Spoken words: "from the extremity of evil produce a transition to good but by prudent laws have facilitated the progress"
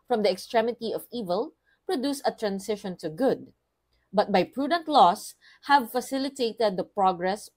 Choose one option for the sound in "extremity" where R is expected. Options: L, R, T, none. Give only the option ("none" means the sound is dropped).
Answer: R